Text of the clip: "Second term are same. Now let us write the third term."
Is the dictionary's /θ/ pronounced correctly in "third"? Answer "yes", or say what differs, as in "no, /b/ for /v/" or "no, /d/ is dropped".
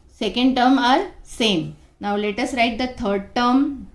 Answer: no, /t/ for /θ/